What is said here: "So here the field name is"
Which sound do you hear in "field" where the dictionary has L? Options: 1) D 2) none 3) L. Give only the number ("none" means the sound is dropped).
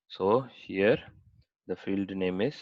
3